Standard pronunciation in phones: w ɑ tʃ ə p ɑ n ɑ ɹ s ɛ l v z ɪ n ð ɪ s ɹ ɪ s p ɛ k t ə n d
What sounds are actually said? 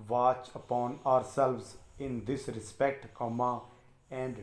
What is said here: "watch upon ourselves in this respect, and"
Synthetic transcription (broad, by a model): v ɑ tʃ ə p ɑ n ɑ ɹ s ɛ l v z ɪ n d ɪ s ɹ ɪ s p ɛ k t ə n d